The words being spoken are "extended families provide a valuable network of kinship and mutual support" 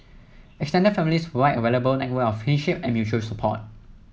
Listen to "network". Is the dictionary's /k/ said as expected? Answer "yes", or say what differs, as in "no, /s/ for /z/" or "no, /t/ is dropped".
no, /k/ is dropped